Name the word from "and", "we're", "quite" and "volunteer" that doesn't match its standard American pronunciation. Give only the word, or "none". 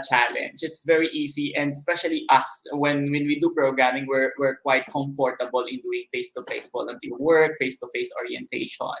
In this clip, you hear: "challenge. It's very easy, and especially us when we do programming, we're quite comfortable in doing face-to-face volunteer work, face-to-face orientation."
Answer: volunteer